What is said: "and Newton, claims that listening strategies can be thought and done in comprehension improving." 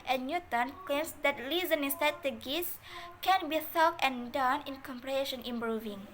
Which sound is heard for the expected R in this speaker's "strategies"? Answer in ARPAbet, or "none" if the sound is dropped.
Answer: none